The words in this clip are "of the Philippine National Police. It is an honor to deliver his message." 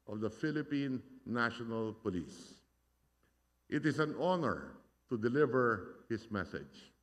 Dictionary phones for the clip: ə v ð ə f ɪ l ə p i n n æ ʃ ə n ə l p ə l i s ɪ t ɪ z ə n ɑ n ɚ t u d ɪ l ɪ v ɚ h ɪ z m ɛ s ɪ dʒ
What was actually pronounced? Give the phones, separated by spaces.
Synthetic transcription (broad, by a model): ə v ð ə f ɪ l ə p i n n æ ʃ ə n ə l p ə l i s ɪ t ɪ s ə n ɑ n ɚ t u d ɪ l ɪ v ɚ h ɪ s m ɛ s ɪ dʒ